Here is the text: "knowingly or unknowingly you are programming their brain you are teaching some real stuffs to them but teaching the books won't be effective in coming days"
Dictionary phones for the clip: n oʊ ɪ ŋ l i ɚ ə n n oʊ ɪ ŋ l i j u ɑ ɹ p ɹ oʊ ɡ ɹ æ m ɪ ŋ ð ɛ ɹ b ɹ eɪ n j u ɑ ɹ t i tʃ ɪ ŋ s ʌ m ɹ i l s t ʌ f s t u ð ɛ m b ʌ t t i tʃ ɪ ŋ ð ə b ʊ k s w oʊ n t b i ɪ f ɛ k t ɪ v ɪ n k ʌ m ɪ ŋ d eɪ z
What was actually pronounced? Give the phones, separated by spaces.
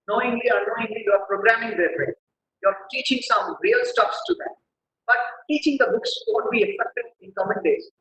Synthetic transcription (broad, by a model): n oʊ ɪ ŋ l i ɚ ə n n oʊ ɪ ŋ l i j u ɑ ɹ p ɹ oʊ ɡ ɹ æ m ɪ ŋ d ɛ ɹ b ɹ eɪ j ɑ ɹ t i tʃ ɪ ŋ s ʌ m ɹ i l s t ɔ p s t u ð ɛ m b ʌ t t i tʃ ɪ ŋ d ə b ʊ k s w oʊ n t b i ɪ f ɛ k t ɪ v ɪ n k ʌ m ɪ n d eɪ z